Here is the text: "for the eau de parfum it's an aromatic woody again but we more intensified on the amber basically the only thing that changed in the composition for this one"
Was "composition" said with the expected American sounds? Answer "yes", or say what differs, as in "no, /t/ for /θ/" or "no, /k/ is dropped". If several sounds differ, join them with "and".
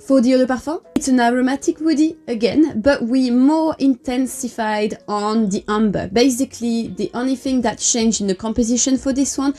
yes